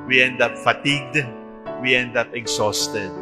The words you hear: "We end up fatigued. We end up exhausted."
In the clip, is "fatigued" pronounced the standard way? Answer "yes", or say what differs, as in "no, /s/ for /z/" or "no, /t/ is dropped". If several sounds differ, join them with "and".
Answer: yes